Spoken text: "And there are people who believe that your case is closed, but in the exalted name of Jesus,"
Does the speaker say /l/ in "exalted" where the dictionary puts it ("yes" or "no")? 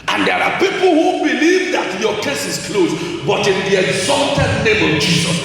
yes